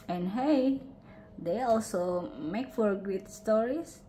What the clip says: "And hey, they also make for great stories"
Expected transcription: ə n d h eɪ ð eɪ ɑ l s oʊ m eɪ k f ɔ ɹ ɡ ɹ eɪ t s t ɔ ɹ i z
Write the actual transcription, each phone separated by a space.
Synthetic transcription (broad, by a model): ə n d h eɪ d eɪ ɑ l s oʊ m eɪ k f ɔ ɹ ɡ u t s t ɔ ɹ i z